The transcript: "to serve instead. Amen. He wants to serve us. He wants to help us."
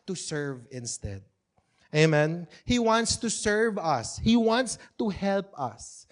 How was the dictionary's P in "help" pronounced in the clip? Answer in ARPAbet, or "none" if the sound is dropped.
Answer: P